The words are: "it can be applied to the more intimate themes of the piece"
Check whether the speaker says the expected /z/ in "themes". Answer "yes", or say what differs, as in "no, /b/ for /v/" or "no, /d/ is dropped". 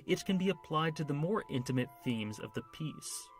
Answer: yes